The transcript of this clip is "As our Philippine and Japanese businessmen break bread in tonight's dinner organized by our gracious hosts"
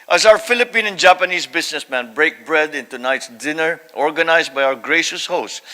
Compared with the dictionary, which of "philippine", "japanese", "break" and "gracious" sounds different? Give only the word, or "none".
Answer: japanese